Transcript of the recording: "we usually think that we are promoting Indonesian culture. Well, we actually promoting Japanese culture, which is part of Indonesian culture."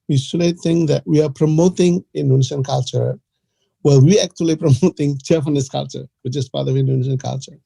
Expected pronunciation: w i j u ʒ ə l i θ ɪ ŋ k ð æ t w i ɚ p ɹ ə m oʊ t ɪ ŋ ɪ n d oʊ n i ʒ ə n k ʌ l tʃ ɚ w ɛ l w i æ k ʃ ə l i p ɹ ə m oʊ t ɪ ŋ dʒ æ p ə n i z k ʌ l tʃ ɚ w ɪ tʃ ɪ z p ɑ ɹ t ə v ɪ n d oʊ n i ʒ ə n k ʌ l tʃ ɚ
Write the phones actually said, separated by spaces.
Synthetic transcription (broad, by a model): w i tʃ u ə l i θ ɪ ŋ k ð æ t w i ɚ p ɹ ə m oʊ t ɪ ŋ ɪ n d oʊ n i ʃ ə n k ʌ l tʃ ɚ w ɛ l w i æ k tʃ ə l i p ɹ ə m oʊ t ɪ ŋ tʃ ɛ f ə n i s k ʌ l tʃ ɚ w ɪ tʃ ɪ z p ɑ ɹ t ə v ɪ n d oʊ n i ʃ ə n k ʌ l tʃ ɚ